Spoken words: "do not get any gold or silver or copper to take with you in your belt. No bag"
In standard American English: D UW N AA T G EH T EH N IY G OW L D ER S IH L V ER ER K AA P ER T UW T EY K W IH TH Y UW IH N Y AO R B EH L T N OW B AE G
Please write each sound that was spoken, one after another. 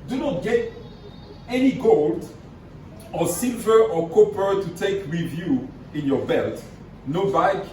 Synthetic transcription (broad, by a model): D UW N AA T G EH T EH N IY G OW L D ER S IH L V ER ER K AA P ER T UW T EY K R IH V Y UW IH N Y AO R B EH L T N OW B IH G